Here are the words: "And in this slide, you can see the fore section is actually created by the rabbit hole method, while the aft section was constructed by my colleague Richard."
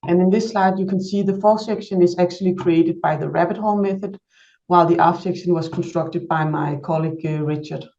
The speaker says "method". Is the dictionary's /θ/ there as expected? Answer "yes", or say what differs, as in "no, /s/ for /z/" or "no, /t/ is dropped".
yes